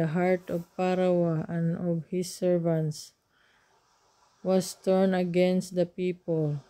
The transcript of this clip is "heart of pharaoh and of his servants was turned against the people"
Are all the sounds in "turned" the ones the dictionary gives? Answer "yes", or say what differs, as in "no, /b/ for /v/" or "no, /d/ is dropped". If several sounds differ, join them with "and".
no, /d/ is dropped